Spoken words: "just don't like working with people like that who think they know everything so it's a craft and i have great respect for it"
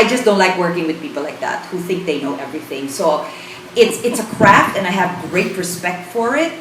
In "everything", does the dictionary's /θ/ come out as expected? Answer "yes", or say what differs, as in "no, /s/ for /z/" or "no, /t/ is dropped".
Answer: yes